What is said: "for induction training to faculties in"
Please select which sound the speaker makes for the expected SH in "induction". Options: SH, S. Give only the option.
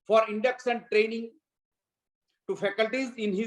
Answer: S